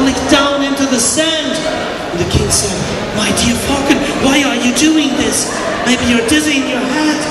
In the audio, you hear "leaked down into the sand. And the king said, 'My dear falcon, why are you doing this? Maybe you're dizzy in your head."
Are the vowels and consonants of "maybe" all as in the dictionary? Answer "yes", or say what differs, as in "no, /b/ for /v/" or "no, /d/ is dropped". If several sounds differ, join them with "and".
no, /b/ is dropped